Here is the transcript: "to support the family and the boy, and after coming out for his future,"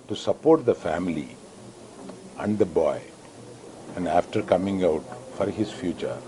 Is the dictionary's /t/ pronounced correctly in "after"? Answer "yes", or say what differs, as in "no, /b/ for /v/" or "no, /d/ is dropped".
yes